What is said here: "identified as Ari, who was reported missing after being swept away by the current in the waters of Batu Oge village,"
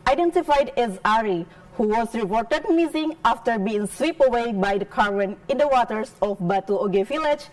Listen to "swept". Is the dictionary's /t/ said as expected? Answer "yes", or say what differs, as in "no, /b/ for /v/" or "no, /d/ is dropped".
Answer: no, /t/ is dropped